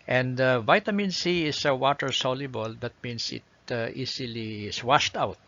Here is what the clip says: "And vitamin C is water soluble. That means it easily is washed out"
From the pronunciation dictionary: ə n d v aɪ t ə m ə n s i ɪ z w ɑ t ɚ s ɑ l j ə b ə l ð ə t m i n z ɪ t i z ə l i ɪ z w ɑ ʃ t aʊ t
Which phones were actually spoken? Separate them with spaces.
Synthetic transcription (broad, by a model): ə n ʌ v aɪ t ə m ə n s i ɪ s w ɑ t ɚ s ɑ l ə b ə l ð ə t m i n s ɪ t i s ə l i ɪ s w ɑ ʃ t aʊ t